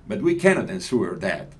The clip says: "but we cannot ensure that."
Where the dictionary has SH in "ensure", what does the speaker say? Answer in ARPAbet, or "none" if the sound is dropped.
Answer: S